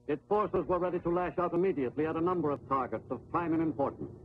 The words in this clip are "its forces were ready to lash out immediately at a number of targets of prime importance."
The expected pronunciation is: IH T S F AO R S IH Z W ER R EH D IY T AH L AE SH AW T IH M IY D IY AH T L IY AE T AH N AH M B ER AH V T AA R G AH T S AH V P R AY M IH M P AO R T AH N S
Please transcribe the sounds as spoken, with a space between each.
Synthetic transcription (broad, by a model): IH T S F AO R S IH Z W ER R EH D IY T AH L AE SH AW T IH M IY D IY AH T L IY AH T AH N AH M B ER AH V T AA R G AH T S AH V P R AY M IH M P AO R T N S